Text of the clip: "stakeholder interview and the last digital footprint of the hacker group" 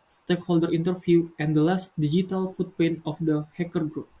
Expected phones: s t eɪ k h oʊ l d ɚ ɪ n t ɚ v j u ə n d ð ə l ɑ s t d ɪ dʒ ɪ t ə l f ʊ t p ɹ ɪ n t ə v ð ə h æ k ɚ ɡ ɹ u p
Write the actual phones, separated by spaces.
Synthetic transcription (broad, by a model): s t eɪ k h oʊ l d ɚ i n t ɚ f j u ə n d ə l ɑ s t d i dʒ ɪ t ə l f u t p ɛ n ə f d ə h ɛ k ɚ ɡ ɹ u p